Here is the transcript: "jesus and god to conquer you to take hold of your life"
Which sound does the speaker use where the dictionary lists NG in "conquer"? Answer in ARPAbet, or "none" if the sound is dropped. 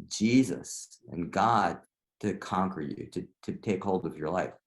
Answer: NG